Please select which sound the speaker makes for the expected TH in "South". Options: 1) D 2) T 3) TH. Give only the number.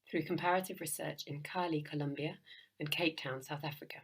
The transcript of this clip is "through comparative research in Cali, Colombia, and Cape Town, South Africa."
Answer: 3